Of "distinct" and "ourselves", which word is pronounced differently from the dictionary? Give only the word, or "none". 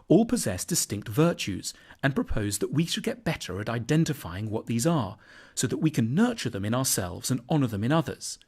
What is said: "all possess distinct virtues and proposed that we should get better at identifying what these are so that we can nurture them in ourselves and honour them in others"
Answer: none